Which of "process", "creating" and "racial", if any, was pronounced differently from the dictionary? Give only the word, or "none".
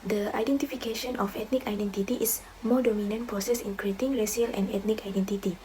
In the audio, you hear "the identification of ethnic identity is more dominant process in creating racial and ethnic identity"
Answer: racial